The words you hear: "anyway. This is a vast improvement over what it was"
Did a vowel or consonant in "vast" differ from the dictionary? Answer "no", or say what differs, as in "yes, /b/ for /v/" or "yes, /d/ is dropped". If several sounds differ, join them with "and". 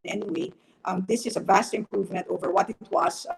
no